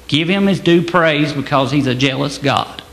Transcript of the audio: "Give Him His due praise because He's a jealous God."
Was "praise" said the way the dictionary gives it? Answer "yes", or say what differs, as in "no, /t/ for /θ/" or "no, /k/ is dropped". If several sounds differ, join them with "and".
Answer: yes